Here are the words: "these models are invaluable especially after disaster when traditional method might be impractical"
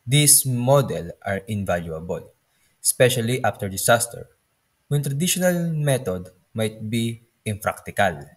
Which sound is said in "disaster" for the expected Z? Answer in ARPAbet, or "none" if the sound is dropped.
S